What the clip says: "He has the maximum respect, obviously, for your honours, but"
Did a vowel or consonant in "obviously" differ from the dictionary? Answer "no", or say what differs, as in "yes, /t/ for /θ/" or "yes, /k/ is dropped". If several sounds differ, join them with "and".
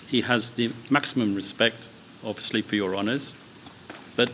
yes, /b/ is dropped